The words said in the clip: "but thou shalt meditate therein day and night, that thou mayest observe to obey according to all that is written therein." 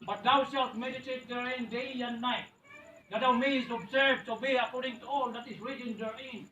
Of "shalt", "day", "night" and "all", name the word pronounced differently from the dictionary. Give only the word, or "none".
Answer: shalt